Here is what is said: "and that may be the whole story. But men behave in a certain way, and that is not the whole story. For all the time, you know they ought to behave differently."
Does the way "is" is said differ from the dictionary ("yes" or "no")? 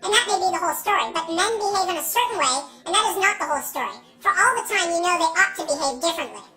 no